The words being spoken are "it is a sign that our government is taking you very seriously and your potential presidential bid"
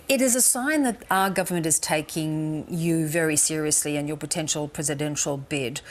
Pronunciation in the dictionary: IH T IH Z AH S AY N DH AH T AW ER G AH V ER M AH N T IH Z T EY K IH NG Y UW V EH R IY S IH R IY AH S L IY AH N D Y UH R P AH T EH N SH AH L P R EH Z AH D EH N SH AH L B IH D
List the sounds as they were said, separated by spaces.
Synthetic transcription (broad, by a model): IH T IH Z AH S AY N DH AH T AW ER G AH V ER M AH N T IH Z T EY K IH NG Y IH V EH R IY S IH R IY AH S L IY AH N Y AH R P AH T EH N SH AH L P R EH Z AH D EH N SH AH L B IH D